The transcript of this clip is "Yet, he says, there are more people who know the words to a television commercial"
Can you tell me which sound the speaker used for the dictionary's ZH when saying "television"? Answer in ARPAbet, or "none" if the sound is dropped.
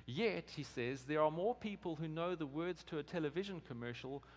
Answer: ZH